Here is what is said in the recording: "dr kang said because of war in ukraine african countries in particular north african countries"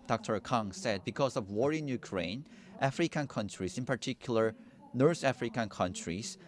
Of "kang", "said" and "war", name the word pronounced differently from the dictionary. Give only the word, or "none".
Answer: none